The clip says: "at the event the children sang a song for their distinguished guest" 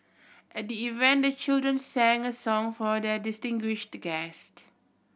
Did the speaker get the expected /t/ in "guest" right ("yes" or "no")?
yes